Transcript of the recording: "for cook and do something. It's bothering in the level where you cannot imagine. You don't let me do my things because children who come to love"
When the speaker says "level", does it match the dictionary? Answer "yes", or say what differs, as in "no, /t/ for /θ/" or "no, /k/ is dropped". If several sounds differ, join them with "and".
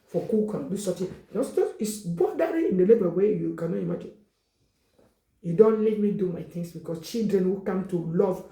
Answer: no, /b/ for /v/